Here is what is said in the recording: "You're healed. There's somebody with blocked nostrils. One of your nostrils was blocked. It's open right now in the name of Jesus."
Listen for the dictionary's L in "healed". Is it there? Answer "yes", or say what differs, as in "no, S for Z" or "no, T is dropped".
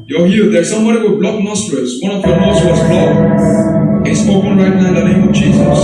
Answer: no, L is dropped